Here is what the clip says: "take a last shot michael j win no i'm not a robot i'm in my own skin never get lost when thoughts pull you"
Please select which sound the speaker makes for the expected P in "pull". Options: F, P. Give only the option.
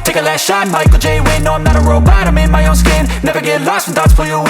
F